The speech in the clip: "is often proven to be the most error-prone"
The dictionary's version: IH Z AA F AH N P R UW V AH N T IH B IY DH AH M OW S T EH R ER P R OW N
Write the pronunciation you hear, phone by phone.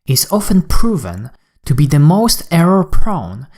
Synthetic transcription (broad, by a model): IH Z AA F AH N P R UW V AH N T IH B IY DH AH M OW S T EH R ER P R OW N